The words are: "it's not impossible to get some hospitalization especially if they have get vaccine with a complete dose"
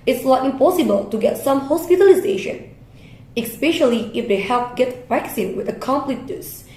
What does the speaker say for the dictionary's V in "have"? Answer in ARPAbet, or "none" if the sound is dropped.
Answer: P